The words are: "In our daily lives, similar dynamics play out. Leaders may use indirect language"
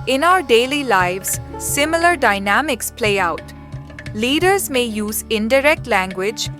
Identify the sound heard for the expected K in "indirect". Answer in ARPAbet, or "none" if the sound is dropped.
K